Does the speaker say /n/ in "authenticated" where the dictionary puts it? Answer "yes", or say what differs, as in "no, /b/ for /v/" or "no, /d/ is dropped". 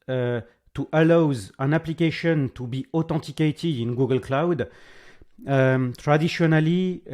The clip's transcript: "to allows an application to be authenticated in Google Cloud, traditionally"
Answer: no, /n/ is dropped